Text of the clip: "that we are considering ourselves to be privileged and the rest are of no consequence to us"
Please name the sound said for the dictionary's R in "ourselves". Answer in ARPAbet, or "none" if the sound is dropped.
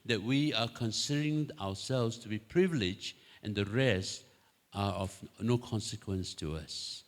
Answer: W